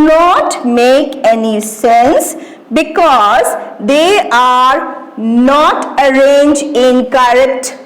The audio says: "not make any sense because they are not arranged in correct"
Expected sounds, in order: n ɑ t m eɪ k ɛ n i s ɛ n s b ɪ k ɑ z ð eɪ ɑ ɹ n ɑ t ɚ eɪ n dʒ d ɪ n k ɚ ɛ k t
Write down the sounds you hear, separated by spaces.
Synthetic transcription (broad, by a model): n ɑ t m eɪ k ɛ n i s ɛ n s b ɪ k ɑ z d eɪ ɑ ɹ n ɑ t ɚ eɪ n dʒ ɪ n k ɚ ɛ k t